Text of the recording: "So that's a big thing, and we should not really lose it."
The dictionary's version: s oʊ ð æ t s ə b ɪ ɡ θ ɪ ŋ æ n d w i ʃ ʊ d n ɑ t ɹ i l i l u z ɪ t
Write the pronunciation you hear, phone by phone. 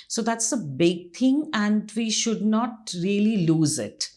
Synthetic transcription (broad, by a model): s oʊ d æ t s ə b ɪ ɡ t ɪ ŋ æ n d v i ʃ ʊ d n ɑ t ɹ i l i l u z ɪ t